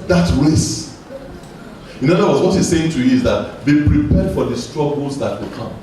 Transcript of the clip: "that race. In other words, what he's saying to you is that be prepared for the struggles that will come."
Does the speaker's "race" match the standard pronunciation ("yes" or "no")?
no